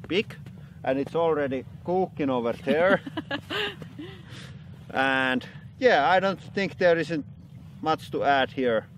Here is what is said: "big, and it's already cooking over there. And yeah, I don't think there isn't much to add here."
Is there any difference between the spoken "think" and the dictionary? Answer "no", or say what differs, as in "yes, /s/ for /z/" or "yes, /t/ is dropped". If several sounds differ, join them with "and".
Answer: no